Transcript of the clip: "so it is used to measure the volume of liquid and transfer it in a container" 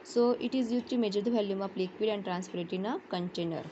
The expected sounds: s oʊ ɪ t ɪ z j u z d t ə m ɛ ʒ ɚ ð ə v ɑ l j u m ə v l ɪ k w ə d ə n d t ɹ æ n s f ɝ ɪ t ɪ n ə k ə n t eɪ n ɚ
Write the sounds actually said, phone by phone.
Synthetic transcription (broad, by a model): s oʊ ɪ t ɪ z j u t ə m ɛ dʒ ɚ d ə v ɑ l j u m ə p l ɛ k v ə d ə n d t ɹ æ n s p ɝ ɪ t ɪ n ə k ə n t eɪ n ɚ